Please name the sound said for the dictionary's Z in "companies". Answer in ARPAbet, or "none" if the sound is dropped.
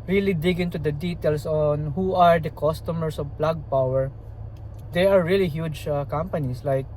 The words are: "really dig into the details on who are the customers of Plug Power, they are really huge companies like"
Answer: S